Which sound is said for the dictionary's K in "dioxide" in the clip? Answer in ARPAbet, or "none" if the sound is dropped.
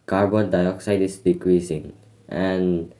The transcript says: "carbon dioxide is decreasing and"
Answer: K